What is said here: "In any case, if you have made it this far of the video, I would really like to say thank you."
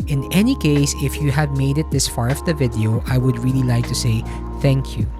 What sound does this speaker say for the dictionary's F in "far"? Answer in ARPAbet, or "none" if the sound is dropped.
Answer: F